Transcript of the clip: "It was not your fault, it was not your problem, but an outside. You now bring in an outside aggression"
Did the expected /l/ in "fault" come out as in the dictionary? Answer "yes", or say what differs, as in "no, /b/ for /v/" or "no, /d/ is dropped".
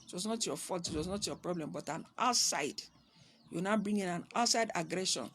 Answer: no, /l/ is dropped